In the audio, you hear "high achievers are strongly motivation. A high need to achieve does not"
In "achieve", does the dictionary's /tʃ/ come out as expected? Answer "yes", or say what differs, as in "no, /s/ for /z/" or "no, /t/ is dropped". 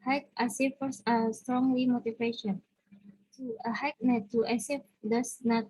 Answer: no, /s/ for /tʃ/